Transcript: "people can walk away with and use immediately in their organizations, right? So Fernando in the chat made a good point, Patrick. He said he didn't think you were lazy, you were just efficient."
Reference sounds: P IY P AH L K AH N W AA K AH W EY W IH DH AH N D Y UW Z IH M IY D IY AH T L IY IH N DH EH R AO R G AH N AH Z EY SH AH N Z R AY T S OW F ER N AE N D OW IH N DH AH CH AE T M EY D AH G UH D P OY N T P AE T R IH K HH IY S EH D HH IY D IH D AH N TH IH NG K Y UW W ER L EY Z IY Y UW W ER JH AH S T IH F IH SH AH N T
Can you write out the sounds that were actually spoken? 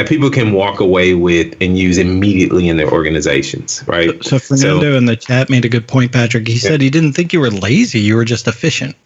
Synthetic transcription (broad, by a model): P IY P L K AH N W AA K AH W EY W IH DH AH N Y UW Z IH M IY D IY AH T L IY IH N DH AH R AO R G AH N AH Z EY SH AH N Z R AY T S OW F ER N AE N D OW IH N DH AH CH AE T M EY D AH G UH D P OY N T P AE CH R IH K HH IY S EH D HH IY D IH D N TH IH NG K Y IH W ER L EY Z IY Y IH W ER JH AH S T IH F IH SH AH N T